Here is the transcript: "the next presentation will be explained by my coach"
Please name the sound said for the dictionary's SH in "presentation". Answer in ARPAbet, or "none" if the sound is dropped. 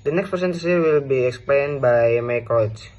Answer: S